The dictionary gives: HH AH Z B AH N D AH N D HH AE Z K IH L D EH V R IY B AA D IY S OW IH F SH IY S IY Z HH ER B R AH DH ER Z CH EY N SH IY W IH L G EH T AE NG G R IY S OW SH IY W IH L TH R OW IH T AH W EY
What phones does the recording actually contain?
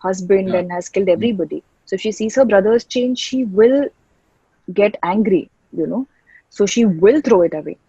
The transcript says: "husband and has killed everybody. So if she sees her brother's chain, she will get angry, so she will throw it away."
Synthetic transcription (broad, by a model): HH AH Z B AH N D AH N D HH AE Z K IH L D EH V R IY B AA D IY S OW SH IY S IY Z HH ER B R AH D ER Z CH EY N SH IY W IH L G EH T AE NG G R IY S OW SH IY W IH L T R OW IH T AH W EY